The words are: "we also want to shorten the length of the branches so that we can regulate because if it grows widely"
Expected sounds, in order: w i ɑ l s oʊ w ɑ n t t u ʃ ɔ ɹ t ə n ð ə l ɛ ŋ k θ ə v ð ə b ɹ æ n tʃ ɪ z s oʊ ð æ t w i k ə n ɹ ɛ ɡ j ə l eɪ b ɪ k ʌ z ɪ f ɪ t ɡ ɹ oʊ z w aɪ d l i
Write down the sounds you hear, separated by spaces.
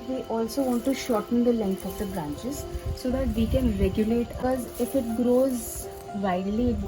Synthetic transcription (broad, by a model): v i ɑ l s oʊ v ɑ n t t u ʃ ɔ ɹ t ə n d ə l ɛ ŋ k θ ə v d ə b ɹ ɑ n tʃ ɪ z s oʊ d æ t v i k ə n ɹ ɛ ɡ j ə l eɪ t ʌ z ɪ f ɪ t ɡ ɹ oʊ z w aɪ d l i